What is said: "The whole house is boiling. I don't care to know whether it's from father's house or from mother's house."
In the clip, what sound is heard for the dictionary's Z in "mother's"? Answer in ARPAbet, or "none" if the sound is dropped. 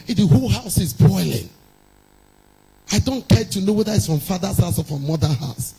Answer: none